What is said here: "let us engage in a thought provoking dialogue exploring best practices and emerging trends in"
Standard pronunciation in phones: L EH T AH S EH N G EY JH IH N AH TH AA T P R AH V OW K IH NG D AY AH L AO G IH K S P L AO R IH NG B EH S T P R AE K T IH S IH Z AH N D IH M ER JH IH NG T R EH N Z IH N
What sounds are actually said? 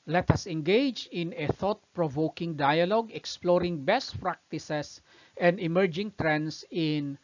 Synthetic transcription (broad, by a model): L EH T AH S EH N G EY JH IH N AH TH AA T P R AH V OW K IH NG D AY AH L AO G IH K S P L AO R IH NG B EH S T P R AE K T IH S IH S AH N D IH M ER JH IH NG T R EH N S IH N